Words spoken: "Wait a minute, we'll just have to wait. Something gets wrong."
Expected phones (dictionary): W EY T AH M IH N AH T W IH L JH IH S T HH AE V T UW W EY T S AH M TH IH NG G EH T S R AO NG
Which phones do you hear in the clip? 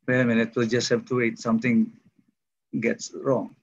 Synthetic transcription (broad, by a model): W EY AH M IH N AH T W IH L JH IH S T HH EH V T UW W EY T S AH M T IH NG G EH T S R AO NG